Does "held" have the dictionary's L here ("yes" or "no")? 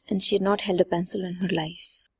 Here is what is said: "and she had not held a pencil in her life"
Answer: yes